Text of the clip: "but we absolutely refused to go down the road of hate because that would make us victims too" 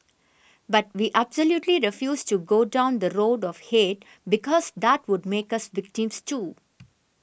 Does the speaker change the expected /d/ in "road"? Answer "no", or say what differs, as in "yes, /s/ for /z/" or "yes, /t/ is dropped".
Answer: no